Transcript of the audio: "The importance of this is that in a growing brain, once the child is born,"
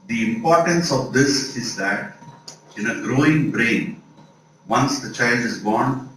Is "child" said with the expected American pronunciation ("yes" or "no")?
yes